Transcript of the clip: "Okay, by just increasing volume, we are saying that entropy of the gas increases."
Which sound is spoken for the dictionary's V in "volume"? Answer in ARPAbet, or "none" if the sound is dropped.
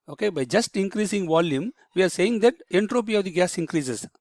V